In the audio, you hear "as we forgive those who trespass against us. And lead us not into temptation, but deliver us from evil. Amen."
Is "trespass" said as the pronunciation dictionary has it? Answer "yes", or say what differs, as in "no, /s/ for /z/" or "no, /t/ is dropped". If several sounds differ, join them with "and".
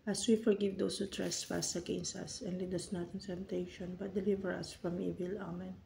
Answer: no, /f/ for /p/